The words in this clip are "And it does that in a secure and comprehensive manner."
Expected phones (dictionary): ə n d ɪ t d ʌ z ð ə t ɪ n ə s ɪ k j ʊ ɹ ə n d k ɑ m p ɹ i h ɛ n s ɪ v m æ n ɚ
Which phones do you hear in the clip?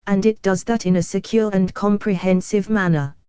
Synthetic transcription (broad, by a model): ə n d ɪ t d ʌ z ð ə t ɪ n ə s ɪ k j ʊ ɹ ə n k ɑ m p ɹ i h ɛ n s ɪ v m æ n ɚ